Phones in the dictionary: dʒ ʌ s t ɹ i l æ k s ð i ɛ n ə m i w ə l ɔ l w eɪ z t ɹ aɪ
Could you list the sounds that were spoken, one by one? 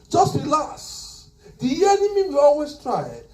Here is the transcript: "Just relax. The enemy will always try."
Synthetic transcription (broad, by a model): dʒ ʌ s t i l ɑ s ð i ɛ n ə m i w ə ɔ l w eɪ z t ɹ aɪ